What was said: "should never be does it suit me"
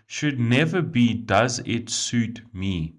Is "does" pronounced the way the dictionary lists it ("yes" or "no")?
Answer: yes